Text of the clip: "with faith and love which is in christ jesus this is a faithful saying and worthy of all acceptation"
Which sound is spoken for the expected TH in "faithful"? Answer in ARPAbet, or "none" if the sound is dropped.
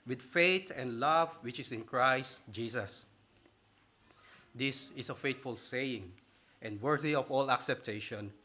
T